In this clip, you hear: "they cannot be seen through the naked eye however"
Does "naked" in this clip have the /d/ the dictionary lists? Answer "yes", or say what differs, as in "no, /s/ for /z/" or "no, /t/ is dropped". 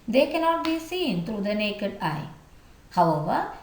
yes